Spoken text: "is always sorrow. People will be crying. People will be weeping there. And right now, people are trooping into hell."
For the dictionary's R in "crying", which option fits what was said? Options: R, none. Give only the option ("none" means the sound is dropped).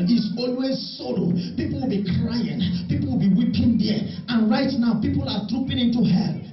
R